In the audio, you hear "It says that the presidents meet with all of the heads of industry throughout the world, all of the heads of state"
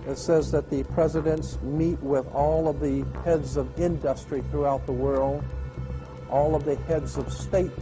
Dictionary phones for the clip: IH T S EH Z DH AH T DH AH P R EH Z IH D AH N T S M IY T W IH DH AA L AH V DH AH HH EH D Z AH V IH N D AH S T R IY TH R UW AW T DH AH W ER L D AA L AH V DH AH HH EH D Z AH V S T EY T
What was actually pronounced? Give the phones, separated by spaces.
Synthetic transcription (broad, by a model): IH T S EH Z DH AH T DH AH P R EH Z IH D AH N T S M IY T W IH DH AA L AH V DH AH HH EH D Z AH V IH N D AH S T R IY TH R UW AW T DH AH W ER L D AA L AH V DH AH HH EH D Z AH V S T EY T